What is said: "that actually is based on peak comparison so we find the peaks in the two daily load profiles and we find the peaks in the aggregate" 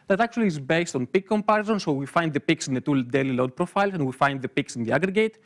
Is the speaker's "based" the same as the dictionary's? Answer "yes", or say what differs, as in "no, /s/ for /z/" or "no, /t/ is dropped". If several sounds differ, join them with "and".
yes